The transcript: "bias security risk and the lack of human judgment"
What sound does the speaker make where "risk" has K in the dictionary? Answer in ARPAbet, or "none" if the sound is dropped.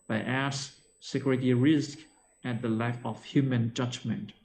K